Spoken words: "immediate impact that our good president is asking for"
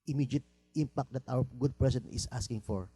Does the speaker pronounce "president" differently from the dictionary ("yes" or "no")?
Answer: yes